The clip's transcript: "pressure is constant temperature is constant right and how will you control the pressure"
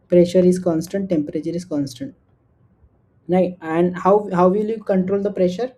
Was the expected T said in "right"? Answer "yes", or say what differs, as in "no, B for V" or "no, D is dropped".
no, T is dropped